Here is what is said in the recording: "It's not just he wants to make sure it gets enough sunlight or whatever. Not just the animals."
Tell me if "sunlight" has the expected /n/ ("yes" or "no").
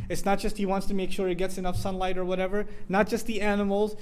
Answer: yes